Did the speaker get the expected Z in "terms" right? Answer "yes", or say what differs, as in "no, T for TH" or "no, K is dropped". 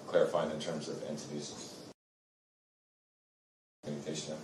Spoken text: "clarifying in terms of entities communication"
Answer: yes